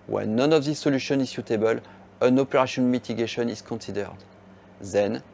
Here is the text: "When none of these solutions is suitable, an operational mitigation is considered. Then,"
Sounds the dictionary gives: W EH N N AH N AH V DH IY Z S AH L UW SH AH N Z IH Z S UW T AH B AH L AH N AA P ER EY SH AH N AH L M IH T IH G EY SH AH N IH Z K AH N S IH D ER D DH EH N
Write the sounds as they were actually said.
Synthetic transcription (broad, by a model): W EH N N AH N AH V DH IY S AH L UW SH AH N IH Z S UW T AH B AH L AH N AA P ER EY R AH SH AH N M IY T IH G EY SH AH N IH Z K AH N S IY D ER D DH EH N